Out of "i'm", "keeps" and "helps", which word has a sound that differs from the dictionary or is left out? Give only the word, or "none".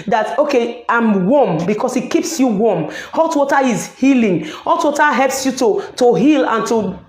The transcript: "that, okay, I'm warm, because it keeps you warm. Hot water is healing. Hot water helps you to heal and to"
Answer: none